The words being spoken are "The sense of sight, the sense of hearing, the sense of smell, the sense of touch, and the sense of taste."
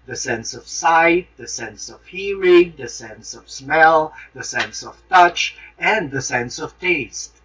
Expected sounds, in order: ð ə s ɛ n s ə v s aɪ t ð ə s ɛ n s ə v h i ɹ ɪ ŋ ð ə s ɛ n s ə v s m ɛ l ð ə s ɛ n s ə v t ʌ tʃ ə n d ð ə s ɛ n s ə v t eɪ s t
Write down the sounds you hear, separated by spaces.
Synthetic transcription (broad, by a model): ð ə s ɛ n s ə v s aɪ t ð ə s ɛ n s ə v h i ɹ ɪ ŋ ð ə s ɛ n s ə v s m ɛ l ð ə s ɛ n s ə v t ʌ tʃ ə n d ð ə s ɛ n s ə v t eɪ s t